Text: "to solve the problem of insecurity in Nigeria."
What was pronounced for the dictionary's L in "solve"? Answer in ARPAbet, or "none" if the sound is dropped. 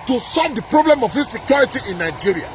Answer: L